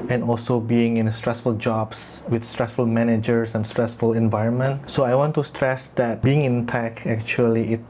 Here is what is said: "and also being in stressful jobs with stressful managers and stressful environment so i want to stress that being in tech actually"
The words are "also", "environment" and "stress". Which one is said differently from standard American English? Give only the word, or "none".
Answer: none